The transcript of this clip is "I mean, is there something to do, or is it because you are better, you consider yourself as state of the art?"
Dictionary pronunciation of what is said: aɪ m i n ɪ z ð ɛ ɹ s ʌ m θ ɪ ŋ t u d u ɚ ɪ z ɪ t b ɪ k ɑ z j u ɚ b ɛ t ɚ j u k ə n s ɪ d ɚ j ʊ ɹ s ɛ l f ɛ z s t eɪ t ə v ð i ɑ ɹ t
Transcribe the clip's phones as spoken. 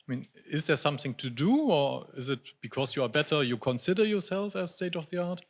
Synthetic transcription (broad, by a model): aɪ m i n ɪ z ð ɛ ɹ s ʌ m θ ɪ ŋ t u d u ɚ ɪ z ɪ t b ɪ k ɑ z j u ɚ b ɛ t ɚ j u k ə n s ɪ d ɚ j ʊ ɹ s ɛ l f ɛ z s t eɪ t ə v ð i ɑ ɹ t